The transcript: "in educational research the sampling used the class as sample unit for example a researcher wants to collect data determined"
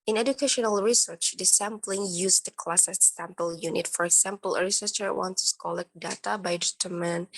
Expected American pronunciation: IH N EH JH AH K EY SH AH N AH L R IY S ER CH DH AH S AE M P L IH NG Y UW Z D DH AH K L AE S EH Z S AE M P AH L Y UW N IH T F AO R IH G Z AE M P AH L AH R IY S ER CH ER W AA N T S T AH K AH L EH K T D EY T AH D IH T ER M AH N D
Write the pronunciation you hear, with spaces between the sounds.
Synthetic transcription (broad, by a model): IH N EH JH AH K EY SH AH N AH L R IY S ER CH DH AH S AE M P L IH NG Y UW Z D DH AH K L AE S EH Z S AE M P AH L Y UW N IH T F AO R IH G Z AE M P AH L AH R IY S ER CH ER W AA N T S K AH L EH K D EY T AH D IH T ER M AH N